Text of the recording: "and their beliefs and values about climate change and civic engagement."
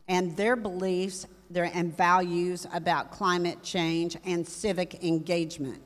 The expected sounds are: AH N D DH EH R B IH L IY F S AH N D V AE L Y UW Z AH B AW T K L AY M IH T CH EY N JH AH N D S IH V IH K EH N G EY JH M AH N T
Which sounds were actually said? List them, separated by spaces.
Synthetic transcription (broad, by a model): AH N DH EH R B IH L IY F S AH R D V AE L Y UW Z AH B AW T K L AY M IH T CH EY N JH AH N S IH V IH K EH N G EY JH M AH N T